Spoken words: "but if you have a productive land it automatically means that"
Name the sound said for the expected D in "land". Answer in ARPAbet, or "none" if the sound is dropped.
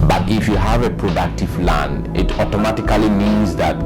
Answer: none